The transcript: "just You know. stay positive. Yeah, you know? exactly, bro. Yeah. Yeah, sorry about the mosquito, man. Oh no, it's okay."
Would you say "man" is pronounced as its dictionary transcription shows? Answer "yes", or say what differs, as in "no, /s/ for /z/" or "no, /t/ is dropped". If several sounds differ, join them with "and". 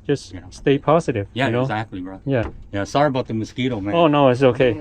no, /n/ is dropped